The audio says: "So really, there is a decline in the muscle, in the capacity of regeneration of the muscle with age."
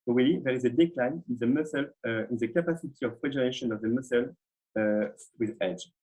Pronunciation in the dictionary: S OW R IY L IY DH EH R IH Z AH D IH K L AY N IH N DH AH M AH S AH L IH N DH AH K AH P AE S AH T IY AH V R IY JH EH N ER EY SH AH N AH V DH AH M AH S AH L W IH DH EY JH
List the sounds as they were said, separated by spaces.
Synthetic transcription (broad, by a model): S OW W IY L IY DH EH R IH Z AH D IH K L AY N IH N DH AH M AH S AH L IH N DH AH K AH P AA S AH T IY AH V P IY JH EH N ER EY SH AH N AH V DH AH M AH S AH L W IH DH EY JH